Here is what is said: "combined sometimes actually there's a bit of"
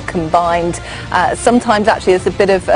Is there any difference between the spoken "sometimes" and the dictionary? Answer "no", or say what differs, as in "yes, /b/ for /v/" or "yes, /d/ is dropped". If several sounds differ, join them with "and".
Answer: no